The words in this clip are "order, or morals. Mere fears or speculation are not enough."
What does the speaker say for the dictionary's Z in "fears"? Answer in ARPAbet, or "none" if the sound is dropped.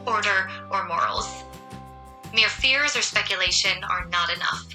Z